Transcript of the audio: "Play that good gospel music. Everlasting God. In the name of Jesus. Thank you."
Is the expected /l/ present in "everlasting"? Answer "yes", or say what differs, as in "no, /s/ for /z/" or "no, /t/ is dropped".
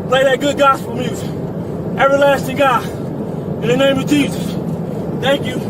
yes